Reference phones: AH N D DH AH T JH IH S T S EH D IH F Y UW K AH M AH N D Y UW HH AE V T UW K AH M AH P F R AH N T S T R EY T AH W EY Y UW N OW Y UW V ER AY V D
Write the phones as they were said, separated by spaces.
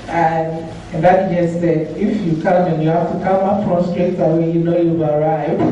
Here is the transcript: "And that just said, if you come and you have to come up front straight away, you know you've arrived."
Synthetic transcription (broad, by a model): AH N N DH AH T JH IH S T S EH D IH F Y UW K AH M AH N Y UW HH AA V T UW K AH M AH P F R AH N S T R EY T AH W EY Y UW N OW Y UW B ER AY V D